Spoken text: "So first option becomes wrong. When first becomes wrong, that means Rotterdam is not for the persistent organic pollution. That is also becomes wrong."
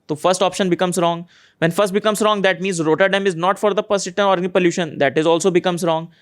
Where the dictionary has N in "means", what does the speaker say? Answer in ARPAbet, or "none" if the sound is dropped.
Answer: N